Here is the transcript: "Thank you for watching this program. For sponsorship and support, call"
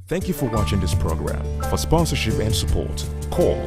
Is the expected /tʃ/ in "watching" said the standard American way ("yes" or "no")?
yes